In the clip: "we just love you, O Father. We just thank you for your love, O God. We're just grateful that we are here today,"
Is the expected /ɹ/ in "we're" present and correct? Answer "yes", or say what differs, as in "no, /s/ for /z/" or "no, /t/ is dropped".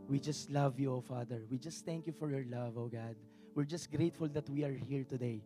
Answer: yes